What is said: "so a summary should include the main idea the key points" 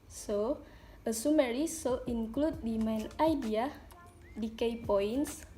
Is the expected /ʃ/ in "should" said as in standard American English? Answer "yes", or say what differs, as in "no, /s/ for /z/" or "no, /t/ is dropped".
no, /s/ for /ʃ/